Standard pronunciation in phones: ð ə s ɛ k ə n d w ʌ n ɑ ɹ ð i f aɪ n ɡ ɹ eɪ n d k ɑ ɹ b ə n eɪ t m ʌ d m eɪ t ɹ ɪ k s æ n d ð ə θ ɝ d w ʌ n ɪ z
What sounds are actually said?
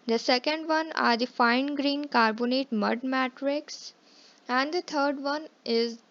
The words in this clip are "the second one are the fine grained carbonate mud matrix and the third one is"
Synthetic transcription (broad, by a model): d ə s ɛ k ə n d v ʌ n ɑ ɹ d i f aɪ n ɡ ɹ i n k ɑ ɹ b ə n eɪ t m ʌ d m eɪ t ɹ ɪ k s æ n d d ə t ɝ d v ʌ n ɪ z